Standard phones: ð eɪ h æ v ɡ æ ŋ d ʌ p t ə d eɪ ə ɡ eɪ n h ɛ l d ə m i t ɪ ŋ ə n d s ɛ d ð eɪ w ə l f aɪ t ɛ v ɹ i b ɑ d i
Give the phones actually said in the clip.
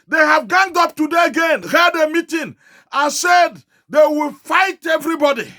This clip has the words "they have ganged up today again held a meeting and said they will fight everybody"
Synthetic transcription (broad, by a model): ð eɪ h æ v ɡ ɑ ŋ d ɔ p t ə d eɪ ə ɡ eɪ n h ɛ d ə m i t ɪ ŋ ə n s ɛ d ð eɪ w ə l f aɪ t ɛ v ɹ i b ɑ d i